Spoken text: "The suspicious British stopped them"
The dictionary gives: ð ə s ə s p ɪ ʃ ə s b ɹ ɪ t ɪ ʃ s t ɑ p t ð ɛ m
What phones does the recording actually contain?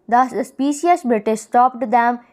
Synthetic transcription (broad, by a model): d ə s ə s p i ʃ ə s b ɪ t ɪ s t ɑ p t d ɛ m